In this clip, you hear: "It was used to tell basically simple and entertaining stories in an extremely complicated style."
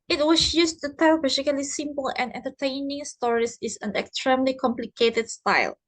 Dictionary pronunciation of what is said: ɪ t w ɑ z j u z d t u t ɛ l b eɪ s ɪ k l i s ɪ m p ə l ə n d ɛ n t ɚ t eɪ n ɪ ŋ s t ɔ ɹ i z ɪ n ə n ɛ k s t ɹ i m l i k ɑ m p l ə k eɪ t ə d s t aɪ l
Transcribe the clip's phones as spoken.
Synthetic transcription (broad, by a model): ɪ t w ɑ s j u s t u t ɛ l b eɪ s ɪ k l i s ɪ m p ə l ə n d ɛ n t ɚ t eɪ n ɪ ŋ s t ɔ ɹ i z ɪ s ə n ɛ k s t ɹ i m l i k ɑ m p l ə k eɪ t ə d s t aɪ l